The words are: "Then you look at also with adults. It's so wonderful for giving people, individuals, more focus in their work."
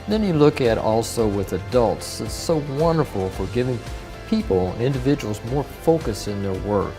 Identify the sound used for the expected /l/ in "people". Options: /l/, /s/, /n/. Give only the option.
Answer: /n/